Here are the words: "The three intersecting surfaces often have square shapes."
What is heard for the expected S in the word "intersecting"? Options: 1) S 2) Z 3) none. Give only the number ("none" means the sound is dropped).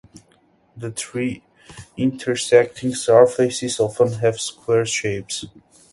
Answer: 1